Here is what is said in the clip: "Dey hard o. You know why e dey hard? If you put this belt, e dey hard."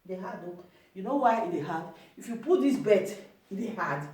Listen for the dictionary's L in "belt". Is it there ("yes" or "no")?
no